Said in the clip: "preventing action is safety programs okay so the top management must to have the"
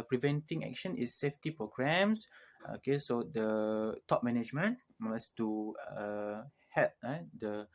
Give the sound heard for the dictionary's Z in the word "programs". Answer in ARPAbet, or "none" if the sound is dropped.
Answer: S